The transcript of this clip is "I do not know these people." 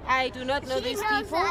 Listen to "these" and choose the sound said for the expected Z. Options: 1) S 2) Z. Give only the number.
1